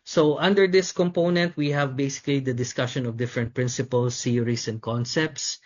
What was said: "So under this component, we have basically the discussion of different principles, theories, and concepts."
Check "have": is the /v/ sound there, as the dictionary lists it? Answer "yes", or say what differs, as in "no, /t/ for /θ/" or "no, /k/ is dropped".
yes